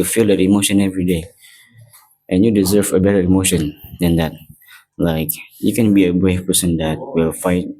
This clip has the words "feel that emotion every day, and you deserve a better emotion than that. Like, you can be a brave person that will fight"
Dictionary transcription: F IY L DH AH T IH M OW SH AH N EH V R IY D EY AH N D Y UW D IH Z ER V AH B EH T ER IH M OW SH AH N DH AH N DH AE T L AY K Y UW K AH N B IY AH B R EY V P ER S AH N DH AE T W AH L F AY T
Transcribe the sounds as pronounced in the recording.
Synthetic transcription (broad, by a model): F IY L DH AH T IH M OW SH AH N EH V R IY D EY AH N Y UW D IH Z ER V AH B EH T ER IH M OW SH AH N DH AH N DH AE T L AY K Y UW K AH N B IY AH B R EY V P ER S AH N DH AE T W AH L F AY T